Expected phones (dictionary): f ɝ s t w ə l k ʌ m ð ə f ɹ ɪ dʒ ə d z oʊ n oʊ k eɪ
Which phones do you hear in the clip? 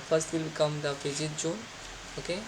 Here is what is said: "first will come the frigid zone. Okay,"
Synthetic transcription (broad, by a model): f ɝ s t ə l k ʌ m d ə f ɪ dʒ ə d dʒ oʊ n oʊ k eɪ